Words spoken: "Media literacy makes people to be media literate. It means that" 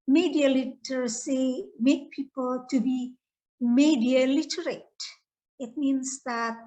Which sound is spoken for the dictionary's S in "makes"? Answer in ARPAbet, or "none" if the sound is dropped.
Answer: none